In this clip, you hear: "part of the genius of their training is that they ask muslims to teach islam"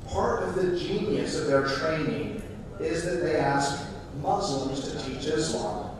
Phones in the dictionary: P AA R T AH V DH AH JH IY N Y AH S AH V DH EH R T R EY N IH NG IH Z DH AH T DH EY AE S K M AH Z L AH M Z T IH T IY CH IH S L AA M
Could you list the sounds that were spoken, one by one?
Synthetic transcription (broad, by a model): P AA R T AH V DH AH JH IY N Y AH S AH V DH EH R T R EY N IH NG IH Z DH AH T DH EY AE S K M AH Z L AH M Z T IH T IY CH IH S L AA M